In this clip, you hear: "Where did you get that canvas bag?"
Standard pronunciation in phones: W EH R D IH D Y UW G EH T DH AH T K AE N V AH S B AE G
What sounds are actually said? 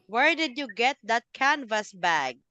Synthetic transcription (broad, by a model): W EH R D IH D Y UW G EH T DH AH T K AE N V AH S B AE G